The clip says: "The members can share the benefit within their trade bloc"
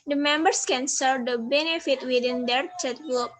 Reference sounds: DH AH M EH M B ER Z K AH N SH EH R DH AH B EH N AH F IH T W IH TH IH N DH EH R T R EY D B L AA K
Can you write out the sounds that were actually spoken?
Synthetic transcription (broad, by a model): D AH M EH M B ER S K AH N S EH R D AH B EH N AH F IH T W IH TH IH N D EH R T EY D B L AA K